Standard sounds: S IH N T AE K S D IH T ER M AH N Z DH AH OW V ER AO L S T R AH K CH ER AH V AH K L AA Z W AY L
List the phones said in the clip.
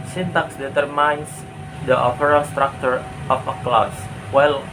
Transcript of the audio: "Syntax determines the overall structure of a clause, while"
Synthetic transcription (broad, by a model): S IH N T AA K S D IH T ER M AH N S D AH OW P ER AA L S T R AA K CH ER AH F AH K L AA S W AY L